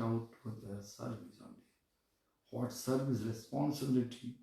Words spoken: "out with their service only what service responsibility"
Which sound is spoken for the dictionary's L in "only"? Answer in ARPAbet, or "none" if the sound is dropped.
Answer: none